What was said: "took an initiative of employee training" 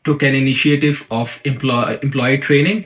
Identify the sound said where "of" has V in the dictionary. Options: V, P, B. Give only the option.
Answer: P